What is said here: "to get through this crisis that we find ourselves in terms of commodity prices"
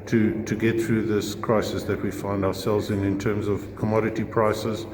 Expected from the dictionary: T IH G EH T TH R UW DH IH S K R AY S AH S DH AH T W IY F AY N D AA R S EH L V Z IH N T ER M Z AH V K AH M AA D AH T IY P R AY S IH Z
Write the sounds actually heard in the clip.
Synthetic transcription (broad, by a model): T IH G EH T TH R UW DH IH S K R AY S AH S DH AH T W IY F AY N D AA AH S EH L V Z IH N T ER M Z AH V K AH M AA D AH T IY P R AY S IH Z